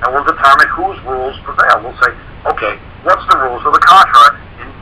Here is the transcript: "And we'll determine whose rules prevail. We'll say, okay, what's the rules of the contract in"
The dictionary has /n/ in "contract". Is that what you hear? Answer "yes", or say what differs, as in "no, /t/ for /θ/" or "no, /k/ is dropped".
no, /n/ is dropped